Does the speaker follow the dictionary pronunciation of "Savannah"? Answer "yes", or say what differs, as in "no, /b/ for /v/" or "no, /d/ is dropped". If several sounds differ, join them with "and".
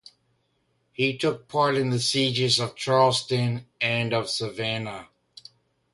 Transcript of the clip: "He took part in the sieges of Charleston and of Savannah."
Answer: yes